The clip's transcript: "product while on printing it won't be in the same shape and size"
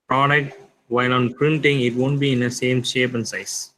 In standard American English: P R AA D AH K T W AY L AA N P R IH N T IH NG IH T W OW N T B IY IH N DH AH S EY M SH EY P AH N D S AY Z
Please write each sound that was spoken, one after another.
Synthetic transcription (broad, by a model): P R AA D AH K T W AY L AA N P R IH N T IH NG IH T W OW N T B IY IH N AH S EY M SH EY P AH N S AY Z